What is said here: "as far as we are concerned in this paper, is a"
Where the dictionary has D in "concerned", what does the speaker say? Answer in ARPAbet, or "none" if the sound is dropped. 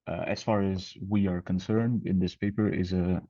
D